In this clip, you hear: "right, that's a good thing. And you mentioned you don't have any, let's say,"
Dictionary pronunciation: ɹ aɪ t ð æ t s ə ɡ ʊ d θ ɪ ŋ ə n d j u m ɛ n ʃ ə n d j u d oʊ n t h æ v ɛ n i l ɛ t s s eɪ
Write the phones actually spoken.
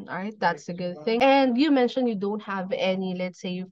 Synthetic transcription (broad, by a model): ɹ aɪ t ð æ t s ə ɡ ʊ d θ ɪ ŋ ə n d j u m ɛ n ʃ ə n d j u d oʊ n t h æ v ɛ n i l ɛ t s s eɪ